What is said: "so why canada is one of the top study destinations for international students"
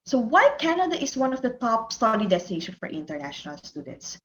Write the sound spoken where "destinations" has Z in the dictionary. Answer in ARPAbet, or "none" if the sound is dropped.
none